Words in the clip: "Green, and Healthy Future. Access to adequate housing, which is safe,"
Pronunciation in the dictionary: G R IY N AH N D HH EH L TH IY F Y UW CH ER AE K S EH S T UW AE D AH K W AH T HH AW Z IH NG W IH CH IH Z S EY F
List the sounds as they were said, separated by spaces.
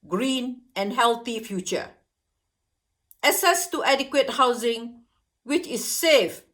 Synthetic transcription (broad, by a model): G R IY N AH N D HH EH L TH IY F Y UW CH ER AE S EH S T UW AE D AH K W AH T HH AW Z IH NG W IH CH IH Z S EY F